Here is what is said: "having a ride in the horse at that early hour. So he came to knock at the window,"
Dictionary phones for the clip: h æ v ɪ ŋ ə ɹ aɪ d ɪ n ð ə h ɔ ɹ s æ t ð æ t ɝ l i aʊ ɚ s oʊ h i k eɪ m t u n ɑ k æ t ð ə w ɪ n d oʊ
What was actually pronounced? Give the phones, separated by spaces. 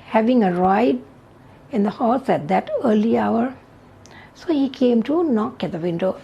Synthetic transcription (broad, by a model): h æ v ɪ ŋ ə ɹ aɪ d ɪ n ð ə h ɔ l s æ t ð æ t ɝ l i aʊ ɚ s oʊ h i k eɪ m t u n ɑ k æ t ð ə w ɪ n d oʊ